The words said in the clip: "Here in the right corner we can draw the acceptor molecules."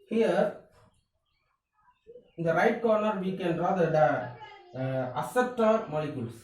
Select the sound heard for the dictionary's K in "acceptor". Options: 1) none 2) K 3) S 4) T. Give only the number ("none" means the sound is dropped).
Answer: 1